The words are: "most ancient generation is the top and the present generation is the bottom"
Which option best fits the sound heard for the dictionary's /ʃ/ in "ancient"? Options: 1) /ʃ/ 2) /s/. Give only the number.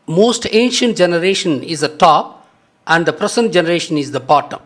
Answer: 1